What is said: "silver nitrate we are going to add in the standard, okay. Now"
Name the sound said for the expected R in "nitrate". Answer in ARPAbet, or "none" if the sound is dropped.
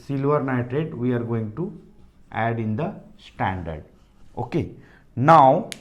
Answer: none